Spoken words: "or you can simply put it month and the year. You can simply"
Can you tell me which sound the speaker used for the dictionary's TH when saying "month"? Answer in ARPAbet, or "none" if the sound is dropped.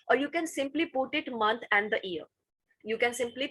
T